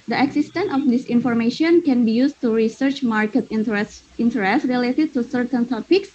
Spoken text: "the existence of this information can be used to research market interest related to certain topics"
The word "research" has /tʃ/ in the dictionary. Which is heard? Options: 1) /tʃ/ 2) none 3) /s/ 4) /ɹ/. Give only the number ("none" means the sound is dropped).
1